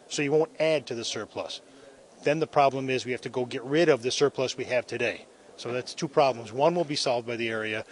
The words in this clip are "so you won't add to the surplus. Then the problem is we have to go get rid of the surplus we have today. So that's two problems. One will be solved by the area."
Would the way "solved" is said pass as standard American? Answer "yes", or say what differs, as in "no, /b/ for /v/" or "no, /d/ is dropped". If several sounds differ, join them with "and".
yes